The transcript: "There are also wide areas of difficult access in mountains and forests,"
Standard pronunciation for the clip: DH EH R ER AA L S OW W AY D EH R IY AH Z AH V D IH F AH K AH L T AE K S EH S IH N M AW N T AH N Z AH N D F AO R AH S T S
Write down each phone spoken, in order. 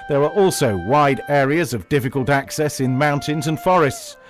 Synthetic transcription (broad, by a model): DH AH R ER AA L S OW W AY D EH R IY AH Z AH V D IH F AH K AH L T AE K S EH S IH N M AW N T AH N Z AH N F AO R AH S T S